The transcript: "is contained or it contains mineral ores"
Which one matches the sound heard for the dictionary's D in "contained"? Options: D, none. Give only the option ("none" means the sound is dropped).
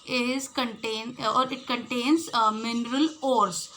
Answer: none